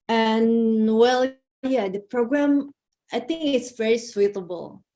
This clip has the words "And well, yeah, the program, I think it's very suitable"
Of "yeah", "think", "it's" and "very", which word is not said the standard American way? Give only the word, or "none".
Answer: none